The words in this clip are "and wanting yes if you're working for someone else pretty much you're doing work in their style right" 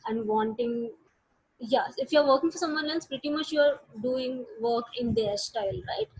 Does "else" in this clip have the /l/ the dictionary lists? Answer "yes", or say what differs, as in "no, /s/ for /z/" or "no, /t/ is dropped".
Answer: no, /n/ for /l/